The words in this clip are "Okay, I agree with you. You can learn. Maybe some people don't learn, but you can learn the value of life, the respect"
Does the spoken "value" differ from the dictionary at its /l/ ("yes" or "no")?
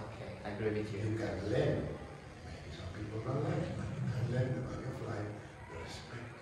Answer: yes